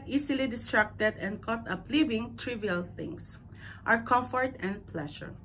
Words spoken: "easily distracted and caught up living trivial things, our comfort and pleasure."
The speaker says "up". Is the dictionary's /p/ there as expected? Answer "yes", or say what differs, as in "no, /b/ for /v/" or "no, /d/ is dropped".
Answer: yes